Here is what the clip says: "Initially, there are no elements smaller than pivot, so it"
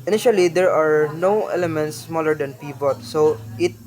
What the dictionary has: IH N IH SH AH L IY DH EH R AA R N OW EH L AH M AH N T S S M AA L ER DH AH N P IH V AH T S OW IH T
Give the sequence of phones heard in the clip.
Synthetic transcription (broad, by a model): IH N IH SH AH L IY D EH R AA R N OW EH L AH M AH N T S S M AA L ER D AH N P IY P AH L S OW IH T